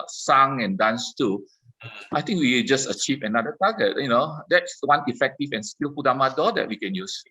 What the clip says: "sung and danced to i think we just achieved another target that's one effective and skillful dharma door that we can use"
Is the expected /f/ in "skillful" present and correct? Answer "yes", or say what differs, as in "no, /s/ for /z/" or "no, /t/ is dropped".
no, /p/ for /f/